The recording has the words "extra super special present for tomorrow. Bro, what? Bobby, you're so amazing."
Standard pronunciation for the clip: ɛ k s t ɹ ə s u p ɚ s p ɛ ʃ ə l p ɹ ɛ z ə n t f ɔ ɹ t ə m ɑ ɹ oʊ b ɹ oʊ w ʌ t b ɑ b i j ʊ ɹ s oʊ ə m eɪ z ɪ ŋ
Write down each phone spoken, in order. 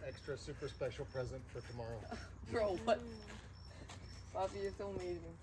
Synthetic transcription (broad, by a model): ɛ k s t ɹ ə s u p ɚ s p ɛ ʃ l p ɹ ɛ z ə n t f ɔ ɹ t ə m ɑ ɹ oʊ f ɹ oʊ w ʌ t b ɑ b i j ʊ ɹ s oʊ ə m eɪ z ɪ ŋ